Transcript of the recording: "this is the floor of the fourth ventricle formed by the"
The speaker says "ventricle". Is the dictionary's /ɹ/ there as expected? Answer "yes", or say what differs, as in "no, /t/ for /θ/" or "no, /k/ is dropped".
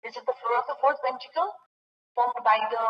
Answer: no, /ɹ/ is dropped